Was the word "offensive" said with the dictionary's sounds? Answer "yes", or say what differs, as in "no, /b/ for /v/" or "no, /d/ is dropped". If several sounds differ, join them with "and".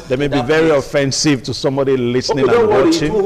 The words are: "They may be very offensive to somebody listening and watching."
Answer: yes